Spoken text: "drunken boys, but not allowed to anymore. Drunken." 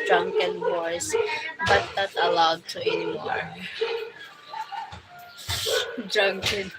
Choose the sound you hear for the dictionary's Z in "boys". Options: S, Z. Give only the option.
S